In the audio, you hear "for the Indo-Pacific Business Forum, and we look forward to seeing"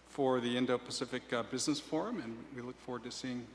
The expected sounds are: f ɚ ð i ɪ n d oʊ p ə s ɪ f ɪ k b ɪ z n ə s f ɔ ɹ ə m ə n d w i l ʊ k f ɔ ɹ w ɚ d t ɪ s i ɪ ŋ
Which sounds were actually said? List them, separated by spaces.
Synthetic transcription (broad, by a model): f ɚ ð i ɪ n d oʊ p ə s ɪ f ɪ k b ɪ z n ə s f ɔ ɹ ə m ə n w i l ʊ k f ɔ ɹ w ɚ d t ɪ s i ɪ ŋ